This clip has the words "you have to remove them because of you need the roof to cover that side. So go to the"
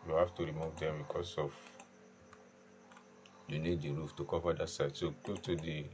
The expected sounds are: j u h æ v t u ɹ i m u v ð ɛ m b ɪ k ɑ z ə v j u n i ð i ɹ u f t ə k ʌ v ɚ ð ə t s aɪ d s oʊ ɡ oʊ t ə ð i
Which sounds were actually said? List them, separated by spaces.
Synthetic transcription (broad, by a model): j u h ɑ f t u ɹ i m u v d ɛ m b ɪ k ɑ s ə f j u n i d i ɹ u f t ə k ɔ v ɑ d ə t s aɪ d s oʊ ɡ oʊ t ə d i